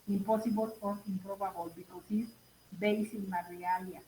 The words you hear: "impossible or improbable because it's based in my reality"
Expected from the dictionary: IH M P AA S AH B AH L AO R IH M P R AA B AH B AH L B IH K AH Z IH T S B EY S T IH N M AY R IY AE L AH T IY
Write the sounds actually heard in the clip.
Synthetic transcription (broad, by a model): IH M P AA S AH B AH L AO R IH M P R AA B AH B AH L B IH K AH S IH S B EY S IH N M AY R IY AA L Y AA